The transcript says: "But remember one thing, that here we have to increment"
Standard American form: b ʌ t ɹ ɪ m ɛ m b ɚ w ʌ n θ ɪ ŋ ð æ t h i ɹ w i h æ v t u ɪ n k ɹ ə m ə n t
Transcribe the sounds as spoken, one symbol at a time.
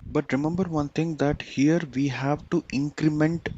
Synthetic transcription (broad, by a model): b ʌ t ɹ ɪ m ɛ m b ɚ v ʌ n t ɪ ŋ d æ t h i ɹ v i h æ v t u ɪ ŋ k ɹ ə m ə n t